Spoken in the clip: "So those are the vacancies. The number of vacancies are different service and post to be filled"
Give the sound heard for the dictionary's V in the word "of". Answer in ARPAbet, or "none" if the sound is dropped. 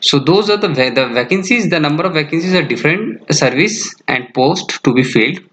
V